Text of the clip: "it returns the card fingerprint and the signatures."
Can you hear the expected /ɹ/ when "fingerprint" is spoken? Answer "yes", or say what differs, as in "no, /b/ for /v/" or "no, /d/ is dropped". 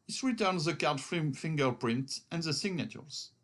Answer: yes